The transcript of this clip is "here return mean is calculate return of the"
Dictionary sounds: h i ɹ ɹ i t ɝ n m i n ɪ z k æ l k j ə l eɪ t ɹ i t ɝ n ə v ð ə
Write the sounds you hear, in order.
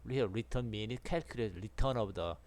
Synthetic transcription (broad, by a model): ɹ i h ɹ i t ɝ n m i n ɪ s k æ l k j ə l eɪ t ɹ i t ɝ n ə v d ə